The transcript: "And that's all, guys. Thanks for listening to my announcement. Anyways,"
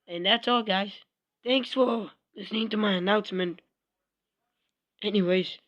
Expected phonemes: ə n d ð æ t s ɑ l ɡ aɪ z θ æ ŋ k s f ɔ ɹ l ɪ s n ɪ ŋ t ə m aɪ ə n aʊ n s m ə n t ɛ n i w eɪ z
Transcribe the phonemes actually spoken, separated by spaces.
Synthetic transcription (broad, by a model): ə n ð æ t s ɑ l ɡ aɪ z θ æ ŋ k s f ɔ l l ɪ s n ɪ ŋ t ə m aɪ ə n aʊ n s m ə n t ɛ n i w eɪ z